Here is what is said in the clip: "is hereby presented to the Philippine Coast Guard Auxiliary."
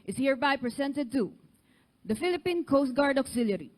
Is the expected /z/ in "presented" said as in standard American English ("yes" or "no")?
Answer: no